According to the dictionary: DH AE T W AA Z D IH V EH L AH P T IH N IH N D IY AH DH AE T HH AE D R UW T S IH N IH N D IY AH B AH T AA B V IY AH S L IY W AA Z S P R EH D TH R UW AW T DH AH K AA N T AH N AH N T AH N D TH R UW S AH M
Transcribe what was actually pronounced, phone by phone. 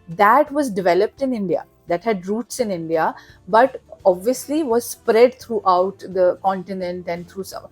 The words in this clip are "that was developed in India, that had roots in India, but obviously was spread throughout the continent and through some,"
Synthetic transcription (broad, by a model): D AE T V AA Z D IH V EH L AH P T IH N IH N D IY AH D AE T HH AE D R UW T S IH N IH N D IY AH B AH T AA B V IY AH S L IY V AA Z S P R EH D T R UW AW T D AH K AA N T AH N AH N T AH N D T R UW S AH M